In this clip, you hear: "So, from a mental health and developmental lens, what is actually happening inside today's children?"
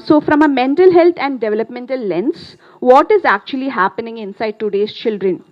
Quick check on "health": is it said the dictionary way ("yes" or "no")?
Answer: no